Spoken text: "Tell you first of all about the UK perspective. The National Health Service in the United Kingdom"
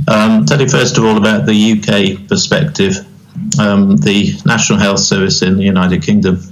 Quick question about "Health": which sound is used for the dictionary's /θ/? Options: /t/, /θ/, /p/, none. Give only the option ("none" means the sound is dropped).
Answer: /θ/